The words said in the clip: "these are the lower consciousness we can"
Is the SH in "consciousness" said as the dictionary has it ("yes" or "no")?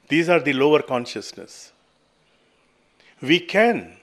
yes